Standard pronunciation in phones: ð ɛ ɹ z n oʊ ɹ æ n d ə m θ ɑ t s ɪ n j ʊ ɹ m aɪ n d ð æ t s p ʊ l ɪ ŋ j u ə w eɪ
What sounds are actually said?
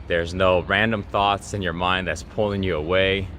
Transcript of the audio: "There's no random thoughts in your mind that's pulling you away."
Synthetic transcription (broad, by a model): ð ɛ ɹ z n oʊ ɹ æ n d ə m θ ɑ t s ɪ n j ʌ ɹ m aɪ n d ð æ t s p ʊ l ɪ ŋ j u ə w eɪ